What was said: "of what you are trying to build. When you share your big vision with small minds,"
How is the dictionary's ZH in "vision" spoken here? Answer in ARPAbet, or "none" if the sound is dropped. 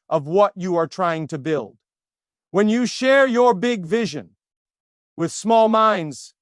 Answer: ZH